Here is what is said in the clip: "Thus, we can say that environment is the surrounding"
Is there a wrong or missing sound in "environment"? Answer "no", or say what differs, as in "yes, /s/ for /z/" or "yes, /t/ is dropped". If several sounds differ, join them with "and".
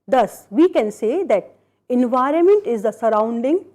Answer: no